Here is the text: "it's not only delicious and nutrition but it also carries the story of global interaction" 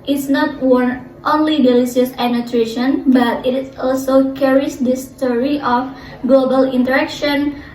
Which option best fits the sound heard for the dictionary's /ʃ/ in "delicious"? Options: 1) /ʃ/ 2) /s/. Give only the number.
2